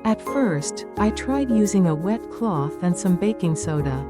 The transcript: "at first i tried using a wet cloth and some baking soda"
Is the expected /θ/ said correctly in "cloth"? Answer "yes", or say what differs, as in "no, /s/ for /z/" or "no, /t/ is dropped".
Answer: yes